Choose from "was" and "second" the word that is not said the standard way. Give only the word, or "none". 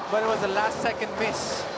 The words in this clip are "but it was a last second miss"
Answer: none